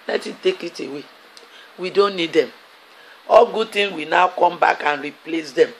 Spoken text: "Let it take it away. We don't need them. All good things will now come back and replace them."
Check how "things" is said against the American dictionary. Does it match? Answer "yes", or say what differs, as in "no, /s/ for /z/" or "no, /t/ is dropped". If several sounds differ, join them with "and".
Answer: no, /t/ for /θ/ and /z/ is dropped